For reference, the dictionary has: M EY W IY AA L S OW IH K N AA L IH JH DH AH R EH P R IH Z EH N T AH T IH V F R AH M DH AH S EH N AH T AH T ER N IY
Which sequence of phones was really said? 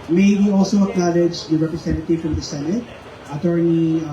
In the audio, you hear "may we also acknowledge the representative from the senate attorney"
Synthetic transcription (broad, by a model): M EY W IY AA L S OW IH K N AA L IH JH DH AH R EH P R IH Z EH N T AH T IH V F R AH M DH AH S EH N AH T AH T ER N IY